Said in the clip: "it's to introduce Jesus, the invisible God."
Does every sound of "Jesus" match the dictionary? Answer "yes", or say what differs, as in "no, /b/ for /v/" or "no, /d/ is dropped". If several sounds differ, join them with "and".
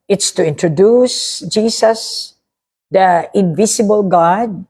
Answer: no, /s/ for /z/